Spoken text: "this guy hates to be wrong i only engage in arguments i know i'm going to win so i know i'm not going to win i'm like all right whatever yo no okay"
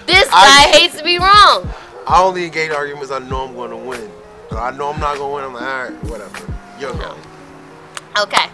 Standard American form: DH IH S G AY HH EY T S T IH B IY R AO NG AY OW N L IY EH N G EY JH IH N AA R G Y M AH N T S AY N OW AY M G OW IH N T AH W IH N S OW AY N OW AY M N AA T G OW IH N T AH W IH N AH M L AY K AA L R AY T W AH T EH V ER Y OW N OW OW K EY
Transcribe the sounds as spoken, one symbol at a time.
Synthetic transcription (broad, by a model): DH IH S G AY HH EY T S T IH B IY R AO NG AY OW N L IY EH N G EY IH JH AA R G Y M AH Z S AY N OW AY M G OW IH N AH W IH N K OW AY N OW AY M N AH T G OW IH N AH W IH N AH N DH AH AA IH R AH W AH T EH V ER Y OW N OW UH K EY